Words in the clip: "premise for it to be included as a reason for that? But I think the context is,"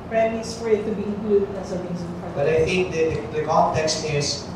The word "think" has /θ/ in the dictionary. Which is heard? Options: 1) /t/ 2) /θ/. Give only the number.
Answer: 1